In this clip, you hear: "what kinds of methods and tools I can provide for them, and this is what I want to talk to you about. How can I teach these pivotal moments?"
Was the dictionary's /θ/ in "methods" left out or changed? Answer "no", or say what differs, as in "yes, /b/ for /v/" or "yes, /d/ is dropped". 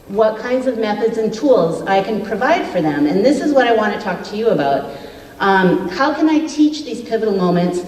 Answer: no